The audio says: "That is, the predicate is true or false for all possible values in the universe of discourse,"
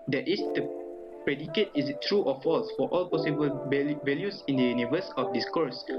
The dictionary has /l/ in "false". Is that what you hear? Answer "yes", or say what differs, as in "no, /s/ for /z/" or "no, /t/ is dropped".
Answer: yes